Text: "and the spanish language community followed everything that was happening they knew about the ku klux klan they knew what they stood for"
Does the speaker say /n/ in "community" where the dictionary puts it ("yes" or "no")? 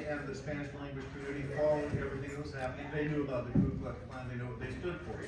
no